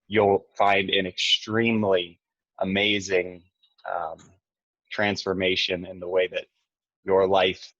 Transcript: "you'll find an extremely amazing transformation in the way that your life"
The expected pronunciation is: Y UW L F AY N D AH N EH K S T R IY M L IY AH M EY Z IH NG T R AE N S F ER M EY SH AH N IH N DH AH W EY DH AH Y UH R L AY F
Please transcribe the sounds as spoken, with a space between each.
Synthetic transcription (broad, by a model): Y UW L F AY N D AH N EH K S T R IY M L IY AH M EY Z IH NG T R AE N S F ER M EY SH AH N IH N DH AH W EY DH AH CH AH R L AY F